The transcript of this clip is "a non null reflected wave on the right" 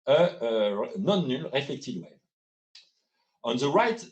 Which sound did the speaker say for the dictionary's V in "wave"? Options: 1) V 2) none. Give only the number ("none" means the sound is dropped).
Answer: 2